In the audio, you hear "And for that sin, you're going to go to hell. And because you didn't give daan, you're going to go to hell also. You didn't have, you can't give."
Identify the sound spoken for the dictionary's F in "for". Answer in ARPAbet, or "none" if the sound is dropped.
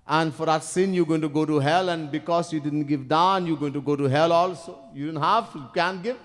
F